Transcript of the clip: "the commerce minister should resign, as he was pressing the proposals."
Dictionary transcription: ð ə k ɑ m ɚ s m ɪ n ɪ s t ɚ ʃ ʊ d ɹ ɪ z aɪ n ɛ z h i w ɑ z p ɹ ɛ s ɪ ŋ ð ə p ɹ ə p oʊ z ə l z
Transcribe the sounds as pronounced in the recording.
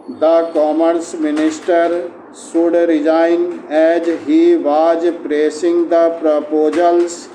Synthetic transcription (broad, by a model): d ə k ɑ m ɚ s m ɪ n ɪ s t ɚ s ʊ d ɹ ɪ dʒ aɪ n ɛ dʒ h i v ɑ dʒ p ɹ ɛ s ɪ ŋ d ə p ɹ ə p oʊ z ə l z